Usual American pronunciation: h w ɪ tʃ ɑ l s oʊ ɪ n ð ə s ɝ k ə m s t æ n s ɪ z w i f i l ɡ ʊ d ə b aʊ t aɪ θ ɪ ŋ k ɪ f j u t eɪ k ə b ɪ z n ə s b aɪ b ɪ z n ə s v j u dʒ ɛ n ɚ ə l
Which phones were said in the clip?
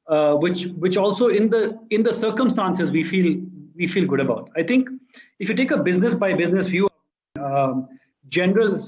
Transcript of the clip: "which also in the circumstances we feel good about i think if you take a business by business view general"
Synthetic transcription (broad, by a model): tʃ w ɪ tʃ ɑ l s oʊ ɪ n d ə s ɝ k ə m s t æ n s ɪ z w i f i l ɡ ʊ d ə b aʊ t aɪ t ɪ ŋ k ɪ f j u t eɪ k ə b ɪ z n ə s b aɪ b ɪ z n ə s f j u dʒ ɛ n ɚ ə l